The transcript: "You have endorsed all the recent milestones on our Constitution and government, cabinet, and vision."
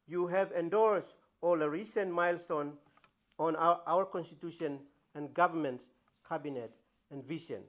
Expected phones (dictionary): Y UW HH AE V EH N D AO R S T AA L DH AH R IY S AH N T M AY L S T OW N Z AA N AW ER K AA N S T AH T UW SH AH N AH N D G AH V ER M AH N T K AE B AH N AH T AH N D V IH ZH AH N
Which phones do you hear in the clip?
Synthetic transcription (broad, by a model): Y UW HH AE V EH N D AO R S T AA L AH R IY S AH N T M AY L S T OW N AA N AW ER K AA N S T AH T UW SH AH N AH N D G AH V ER M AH N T K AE B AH N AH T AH N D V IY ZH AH N